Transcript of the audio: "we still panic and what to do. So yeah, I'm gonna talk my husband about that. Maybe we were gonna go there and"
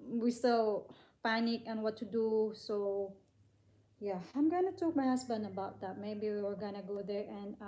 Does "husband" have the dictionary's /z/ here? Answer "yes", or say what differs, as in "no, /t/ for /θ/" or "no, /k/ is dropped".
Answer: no, /s/ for /z/